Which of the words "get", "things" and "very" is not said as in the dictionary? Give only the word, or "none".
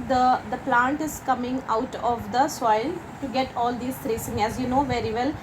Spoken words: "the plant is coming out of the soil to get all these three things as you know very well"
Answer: things